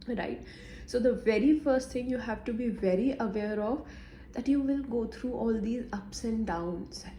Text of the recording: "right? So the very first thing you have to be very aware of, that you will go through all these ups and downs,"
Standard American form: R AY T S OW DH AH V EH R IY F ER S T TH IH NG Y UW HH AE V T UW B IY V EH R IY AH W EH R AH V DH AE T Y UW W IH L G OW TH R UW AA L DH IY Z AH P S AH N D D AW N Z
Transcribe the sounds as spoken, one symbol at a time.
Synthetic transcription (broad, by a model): R AY T S OW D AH V EH R IY F ER S T T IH NG Y UW HH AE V T UW B IY V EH R IY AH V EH R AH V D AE T Y UW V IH L G OW T R UW AA L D IY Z AH P S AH N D D AW N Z